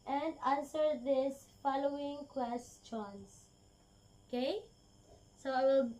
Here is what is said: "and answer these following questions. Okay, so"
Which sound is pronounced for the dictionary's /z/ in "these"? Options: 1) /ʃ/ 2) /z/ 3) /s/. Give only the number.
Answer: 3